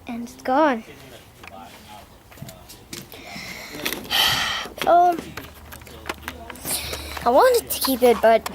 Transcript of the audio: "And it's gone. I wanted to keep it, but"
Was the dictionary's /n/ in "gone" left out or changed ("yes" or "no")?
yes